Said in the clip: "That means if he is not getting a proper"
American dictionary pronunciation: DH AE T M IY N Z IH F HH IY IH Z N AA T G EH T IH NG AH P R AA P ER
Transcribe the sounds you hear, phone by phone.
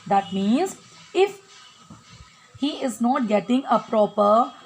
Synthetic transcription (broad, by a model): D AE T M IY N Z IH F HH IY IH Z N AA T G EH T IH NG AH P R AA P ER